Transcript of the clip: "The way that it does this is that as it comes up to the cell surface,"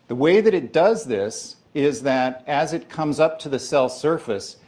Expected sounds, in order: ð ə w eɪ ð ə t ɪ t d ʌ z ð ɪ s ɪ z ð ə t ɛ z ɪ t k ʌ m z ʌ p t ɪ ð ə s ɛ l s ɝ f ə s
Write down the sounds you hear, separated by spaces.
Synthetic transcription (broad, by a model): ð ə w eɪ ð ə t ɪ t d ʌ z ð ɪ s ɪ z ð ə t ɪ z ɪ t k ʌ m z ʌ p t ɪ ð ə s ɛ l s ɝ f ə s